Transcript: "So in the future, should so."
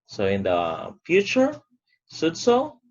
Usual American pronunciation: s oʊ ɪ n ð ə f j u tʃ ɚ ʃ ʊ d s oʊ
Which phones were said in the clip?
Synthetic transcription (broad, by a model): s oʊ ɪ n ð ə f j u tʃ ɚ s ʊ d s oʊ